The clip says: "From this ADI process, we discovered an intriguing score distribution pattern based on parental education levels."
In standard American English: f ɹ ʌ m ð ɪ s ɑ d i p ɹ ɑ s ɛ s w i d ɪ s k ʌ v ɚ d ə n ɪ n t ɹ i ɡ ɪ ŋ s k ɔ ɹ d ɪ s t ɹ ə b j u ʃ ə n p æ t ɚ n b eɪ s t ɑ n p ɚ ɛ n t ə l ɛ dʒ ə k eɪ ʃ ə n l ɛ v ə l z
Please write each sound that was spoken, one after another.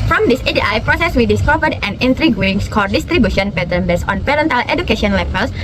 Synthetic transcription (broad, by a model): f ɹ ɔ m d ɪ s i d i p ɹ ɑ s ɛ s w i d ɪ s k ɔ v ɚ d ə n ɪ n t ɹ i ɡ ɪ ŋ s k ɔ ɹ d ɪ s t ɹ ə b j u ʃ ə n p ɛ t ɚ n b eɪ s ɑ n p ɚ ɛ n t ə l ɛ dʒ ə k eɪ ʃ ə n l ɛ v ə l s